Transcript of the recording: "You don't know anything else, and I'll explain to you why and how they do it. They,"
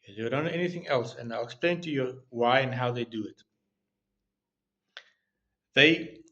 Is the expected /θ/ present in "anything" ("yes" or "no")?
yes